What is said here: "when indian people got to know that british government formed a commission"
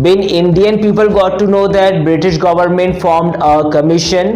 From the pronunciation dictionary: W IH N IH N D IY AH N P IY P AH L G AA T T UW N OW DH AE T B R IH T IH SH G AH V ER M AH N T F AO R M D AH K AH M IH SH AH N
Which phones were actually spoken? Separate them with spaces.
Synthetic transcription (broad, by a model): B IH N IH N D IY AH N P IY P AH L G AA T T UW N OW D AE T B R IH T IH SH G AH V ER M AH N T F AO R M D AH K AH M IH SH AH N